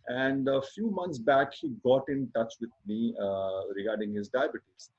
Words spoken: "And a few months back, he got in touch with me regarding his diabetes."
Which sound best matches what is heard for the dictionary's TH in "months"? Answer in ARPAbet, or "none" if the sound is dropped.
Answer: T